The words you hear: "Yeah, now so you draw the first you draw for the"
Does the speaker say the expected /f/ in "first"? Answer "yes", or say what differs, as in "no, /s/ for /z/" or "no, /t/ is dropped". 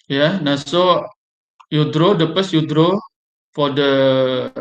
no, /p/ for /f/